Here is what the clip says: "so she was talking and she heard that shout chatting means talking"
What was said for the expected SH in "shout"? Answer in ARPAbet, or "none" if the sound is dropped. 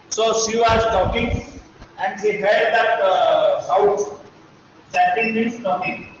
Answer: S